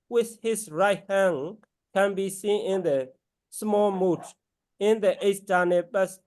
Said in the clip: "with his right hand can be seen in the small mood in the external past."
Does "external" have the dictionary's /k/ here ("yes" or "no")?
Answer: no